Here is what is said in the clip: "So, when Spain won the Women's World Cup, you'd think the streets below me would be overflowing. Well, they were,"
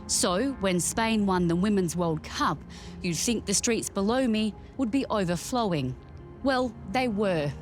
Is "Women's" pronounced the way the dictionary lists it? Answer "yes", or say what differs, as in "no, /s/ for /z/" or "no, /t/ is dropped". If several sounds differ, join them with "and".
yes